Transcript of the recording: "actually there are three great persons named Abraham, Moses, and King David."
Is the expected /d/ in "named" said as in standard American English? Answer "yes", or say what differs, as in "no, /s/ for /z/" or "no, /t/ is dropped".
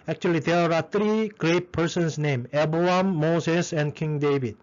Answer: no, /d/ is dropped